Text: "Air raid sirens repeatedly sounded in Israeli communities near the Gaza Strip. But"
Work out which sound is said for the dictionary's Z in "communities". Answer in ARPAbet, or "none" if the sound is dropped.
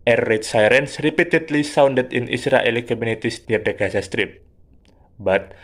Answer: S